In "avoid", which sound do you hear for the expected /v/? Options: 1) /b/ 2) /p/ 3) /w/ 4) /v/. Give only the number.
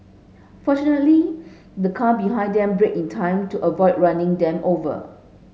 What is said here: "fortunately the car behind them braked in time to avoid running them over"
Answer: 4